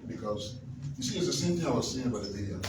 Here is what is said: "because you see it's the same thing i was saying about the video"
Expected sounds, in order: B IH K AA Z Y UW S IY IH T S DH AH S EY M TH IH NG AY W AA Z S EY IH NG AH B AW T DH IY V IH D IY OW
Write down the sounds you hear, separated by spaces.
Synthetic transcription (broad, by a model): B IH K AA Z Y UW S IY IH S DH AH S EY M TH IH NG AY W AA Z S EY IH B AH AW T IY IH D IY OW